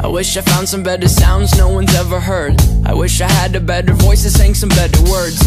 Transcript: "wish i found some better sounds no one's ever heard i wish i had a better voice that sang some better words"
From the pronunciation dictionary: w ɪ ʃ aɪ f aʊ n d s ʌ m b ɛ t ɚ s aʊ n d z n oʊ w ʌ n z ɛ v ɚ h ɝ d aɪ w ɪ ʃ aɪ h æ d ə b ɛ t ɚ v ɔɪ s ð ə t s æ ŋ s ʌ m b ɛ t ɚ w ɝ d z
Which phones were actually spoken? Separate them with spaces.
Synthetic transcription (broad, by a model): w ɪ ʃ aɪ f aʊ n d s ʌ m b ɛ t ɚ s aʊ n d z n oʊ w ʌ n z ɛ v ɚ h ɝ d aɪ w ɪ ʃ aɪ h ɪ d ə b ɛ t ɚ v ɔɪ s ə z s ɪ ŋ s ʌ m b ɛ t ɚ w ɝ d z